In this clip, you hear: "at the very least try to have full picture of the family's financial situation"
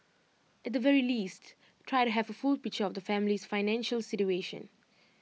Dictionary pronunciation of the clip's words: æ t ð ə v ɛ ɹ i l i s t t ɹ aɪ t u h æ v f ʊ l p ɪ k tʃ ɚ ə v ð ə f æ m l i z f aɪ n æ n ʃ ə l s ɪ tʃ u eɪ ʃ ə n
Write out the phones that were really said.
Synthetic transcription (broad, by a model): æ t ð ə v ɛ ɹ i l i s t t ɹ aɪ t u h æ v f ʊ l p ɪ k tʃ ɚ ə v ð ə f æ m l i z f aɪ n æ n ʃ ə l s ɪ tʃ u eɪ ʃ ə n